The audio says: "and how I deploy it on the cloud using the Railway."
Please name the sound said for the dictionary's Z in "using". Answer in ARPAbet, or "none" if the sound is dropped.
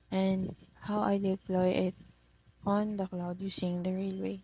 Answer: S